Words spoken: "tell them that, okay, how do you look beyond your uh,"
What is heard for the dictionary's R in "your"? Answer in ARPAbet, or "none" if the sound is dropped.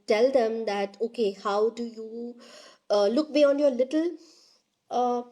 L